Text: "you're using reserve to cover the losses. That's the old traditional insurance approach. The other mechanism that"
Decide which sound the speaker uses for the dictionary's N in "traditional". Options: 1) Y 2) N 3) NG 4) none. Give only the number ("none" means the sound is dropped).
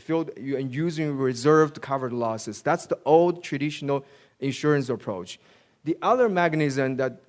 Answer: 2